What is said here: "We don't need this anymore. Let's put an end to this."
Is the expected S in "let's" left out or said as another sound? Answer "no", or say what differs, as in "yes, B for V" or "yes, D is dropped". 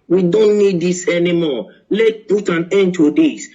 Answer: yes, S is dropped